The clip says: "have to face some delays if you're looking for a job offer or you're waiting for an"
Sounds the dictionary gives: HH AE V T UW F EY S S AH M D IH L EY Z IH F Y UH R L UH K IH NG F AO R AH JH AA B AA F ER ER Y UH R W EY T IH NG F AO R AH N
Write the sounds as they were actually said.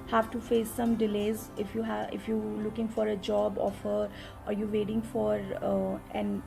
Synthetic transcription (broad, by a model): HH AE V T UW F EY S S AH M D IH L EY Z IH F Y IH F L UH K IH NG F AO R AH JH AA B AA F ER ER Y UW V EY T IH NG F AO R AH N